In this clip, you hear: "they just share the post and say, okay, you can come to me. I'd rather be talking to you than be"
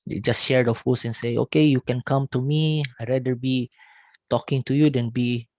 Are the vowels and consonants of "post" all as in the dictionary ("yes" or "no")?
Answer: no